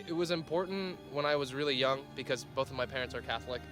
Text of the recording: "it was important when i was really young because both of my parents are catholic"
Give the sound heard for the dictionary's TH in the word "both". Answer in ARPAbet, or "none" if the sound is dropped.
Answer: TH